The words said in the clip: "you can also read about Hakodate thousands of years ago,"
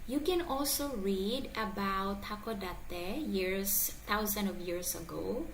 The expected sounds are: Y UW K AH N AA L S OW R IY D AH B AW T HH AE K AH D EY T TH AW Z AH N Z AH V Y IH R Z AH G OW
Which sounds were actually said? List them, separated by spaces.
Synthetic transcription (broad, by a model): Y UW K AH N AA L S OW R IY D AH B AW T HH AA K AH D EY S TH AW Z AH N AH V Y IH R S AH G OW